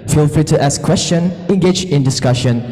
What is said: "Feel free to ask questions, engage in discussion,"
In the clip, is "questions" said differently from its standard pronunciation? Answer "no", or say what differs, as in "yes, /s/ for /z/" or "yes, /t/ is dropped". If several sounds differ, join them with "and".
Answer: yes, /z/ is dropped